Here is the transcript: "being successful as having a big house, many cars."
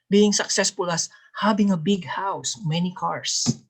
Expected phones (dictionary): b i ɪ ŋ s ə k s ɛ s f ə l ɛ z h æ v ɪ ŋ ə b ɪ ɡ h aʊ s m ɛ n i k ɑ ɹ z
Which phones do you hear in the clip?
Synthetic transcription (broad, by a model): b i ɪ ŋ s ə k s ɛ s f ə l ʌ s h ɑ b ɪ ŋ ə b ɪ ɡ h aʊ s m ɛ n i k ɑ ɹ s